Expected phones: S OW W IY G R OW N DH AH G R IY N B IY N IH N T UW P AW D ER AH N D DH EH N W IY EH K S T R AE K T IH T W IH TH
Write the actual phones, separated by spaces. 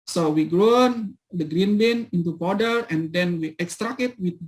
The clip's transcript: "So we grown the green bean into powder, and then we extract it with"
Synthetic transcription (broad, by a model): S OW W IY G R OW N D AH G R IY N B IY N IH N T UW B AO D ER AH N D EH N W IY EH K S T R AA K IH T W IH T